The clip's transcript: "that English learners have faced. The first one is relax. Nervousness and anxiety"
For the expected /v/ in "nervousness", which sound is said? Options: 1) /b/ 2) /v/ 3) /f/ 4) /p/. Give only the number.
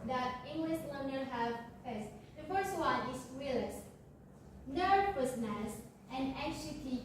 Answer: 4